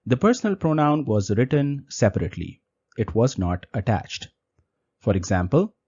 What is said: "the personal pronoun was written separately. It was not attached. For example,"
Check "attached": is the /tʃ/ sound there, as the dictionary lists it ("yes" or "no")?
yes